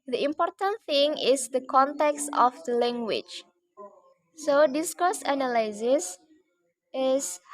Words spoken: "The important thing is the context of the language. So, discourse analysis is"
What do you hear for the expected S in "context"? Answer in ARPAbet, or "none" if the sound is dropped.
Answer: S